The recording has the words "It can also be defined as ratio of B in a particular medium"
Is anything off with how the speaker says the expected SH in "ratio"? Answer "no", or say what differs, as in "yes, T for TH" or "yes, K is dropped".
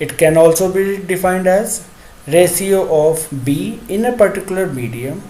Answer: yes, S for SH